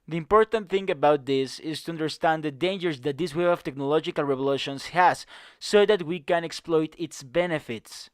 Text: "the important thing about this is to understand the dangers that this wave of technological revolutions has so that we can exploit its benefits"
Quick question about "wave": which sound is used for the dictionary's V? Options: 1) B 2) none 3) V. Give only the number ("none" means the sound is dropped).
2